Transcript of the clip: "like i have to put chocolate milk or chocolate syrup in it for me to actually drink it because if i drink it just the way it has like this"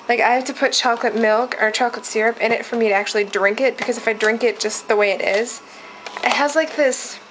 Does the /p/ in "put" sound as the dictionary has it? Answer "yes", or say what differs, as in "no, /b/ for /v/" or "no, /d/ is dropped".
yes